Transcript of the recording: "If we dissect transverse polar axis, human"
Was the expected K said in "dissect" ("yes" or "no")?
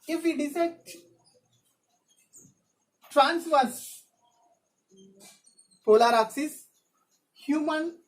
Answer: no